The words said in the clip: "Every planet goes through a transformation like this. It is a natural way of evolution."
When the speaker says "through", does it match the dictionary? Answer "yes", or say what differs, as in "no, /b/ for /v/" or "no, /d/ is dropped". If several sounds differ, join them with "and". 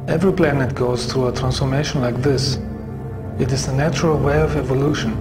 yes